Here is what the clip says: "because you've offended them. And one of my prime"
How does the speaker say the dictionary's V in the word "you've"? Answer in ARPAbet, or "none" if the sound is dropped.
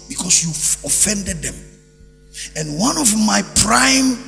none